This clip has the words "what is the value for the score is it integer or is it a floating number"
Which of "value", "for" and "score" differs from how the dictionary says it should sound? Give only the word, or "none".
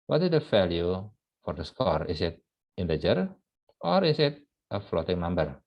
value